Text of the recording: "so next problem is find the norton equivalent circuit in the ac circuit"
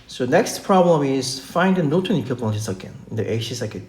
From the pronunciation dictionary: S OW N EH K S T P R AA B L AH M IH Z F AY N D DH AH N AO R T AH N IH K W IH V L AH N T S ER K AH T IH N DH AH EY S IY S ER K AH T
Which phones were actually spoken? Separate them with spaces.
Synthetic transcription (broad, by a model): S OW N EH K S T P R AA B L AH M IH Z F AY N D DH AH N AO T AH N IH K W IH P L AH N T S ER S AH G IH N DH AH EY SH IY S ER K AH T